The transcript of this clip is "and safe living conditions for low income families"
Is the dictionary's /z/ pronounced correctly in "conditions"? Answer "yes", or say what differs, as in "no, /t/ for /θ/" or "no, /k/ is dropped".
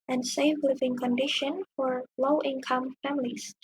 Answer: no, /z/ is dropped